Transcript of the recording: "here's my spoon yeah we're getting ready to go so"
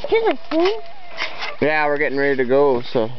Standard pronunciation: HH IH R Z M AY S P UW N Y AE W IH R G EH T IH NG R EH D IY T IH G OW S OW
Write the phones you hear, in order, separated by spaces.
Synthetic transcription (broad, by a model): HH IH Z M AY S UW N Y AE W IH R G EH T IH NG R EH D IY T IH G OW S OW